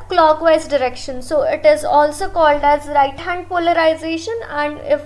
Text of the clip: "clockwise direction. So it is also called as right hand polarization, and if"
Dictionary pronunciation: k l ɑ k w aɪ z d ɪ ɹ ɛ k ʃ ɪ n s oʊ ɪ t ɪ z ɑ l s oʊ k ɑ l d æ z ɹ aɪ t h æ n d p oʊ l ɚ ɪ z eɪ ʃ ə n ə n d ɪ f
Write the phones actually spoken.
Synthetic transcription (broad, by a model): k l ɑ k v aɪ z d ɪ ɹ ɛ k ʃ ɪ n s oʊ ɪ t ɪ z ɑ l s oʊ k ɑ l d æ z ɹ aɪ t h æ n d p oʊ l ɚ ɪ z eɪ ʃ ə n ə n d ɪ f